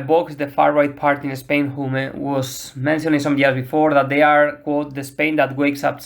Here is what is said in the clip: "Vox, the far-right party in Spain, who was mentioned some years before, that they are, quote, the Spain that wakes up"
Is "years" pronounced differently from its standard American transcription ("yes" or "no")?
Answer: yes